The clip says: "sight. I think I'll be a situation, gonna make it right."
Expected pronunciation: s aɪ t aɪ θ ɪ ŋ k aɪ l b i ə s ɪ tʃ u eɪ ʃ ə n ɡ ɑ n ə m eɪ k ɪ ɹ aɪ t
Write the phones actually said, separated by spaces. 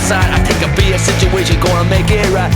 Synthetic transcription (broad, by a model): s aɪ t aɪ t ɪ k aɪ b i ə s ɪ tʃ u eɪ ʃ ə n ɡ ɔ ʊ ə m eɪ k ɪ ɹ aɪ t